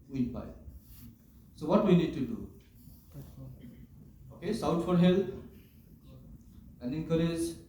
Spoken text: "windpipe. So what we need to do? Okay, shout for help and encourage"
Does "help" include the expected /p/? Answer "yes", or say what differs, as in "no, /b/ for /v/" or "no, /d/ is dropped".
no, /p/ is dropped